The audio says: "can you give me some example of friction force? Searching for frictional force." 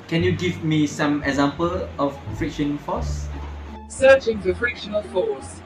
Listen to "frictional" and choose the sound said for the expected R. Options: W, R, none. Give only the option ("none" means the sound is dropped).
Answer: R